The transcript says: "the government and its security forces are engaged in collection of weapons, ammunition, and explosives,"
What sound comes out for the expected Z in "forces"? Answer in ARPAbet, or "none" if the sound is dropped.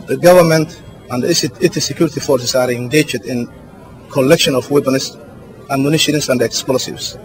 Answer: S